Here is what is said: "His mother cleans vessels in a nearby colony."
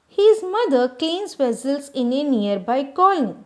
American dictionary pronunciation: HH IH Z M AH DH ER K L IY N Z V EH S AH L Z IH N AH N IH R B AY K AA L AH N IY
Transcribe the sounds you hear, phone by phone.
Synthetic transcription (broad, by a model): HH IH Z M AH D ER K IY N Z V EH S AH L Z IH N AH N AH R B AY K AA L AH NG